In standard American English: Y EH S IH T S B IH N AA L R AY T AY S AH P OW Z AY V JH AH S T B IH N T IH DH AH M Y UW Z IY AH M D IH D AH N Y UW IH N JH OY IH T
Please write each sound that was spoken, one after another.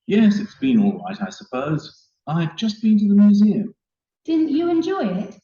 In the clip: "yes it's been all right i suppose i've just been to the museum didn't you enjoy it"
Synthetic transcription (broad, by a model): Y EH S IH T S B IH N AA L R AY T AY S AH P OW Z AY V JH AH S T B IH N T IH DH AH M Y UW Z IY AH M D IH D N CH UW IH N JH OY IH T